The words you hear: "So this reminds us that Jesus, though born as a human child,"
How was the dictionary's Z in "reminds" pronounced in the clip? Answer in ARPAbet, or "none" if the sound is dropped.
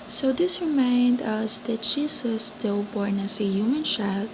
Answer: none